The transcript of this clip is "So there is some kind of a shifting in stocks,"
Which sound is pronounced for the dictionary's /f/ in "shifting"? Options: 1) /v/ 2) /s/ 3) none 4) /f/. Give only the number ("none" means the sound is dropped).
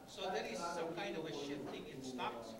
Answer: 3